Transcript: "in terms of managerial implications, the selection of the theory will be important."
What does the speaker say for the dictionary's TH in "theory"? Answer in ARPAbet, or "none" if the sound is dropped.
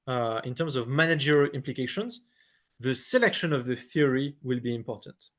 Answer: TH